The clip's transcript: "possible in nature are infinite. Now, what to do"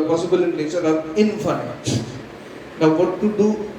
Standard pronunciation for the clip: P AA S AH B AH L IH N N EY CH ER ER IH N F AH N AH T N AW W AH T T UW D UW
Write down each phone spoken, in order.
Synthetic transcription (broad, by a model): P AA S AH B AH L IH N L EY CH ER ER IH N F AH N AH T N AW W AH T T UW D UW